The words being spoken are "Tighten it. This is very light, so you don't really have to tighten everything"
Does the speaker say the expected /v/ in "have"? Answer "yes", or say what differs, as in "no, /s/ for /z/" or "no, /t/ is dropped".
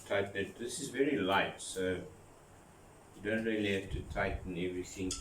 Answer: no, /f/ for /v/